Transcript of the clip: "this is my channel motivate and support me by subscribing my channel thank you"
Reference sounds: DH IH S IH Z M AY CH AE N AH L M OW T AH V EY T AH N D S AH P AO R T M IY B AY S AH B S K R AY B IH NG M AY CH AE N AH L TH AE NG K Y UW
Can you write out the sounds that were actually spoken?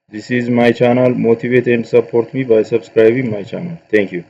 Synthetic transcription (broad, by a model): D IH S IH Z M AY CH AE N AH L M OW T AH V EY T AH N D S AH P AO R T M IY B AY S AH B S K R AY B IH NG M AY CH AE N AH L T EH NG K Y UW